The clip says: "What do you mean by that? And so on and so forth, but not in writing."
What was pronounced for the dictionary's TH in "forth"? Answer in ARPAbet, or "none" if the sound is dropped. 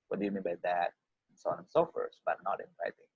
S